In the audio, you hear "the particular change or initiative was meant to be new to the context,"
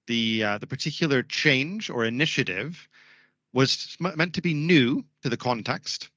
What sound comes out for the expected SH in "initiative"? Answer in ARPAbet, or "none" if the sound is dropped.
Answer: SH